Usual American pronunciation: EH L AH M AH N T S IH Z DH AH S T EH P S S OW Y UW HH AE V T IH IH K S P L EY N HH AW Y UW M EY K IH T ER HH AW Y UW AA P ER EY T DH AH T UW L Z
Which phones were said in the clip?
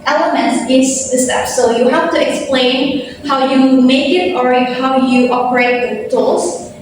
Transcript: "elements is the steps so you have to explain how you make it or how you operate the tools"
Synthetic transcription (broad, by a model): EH L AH M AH N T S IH S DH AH S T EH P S S OW Y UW HH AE P T IH IH K S P L EY N HH AW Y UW M EY K IH T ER HH AW Y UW AA P ER EY T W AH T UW L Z